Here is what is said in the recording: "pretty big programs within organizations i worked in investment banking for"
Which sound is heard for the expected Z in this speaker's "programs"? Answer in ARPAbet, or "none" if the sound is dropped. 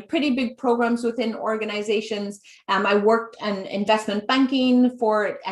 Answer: Z